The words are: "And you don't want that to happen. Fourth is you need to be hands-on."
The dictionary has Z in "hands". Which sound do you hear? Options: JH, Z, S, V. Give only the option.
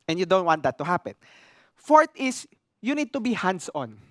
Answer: S